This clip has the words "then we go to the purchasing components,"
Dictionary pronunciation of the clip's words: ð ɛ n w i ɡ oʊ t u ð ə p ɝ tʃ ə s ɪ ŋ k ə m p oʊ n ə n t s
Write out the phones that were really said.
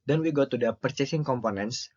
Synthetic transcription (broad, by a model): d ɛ n w i ɡ oʊ t u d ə p ɝ tʃ ə s ɪ ŋ k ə m p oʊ n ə n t s